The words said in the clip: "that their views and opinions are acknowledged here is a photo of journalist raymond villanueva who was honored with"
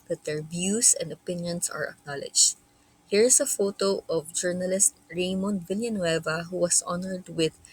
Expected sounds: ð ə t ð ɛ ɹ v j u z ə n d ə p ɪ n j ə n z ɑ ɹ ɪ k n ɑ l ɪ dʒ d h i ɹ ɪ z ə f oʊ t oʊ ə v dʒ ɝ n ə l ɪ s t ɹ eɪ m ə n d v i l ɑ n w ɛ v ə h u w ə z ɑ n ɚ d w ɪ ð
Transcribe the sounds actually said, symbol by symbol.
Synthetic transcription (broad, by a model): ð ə t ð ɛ ɹ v j u s ə n d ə p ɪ n j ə n s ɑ ɹ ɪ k n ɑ l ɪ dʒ h i ɹ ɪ s ə f oʊ t oʊ ə v dʒ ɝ n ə l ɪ s t ɹ eɪ m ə n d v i l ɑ n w ɛ v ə h u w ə s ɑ n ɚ d w ɪ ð